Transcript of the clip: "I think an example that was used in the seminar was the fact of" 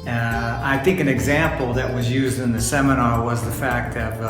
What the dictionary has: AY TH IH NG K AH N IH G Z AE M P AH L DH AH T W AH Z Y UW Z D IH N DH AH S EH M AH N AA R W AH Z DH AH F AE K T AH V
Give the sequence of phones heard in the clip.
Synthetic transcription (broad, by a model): AY TH IH NG K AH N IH G Z AE M P L DH AH T W AH Z Y UW Z D IH N DH AH S EH M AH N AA R W AH Z DH AH F AE K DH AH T